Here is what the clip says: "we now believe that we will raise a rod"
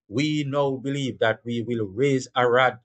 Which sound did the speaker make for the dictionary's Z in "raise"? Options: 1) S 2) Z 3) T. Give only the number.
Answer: 2